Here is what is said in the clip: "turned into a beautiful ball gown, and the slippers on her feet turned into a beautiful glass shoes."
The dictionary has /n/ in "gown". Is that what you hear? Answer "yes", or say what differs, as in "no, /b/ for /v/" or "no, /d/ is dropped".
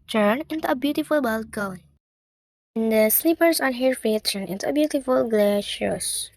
no, /l/ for /n/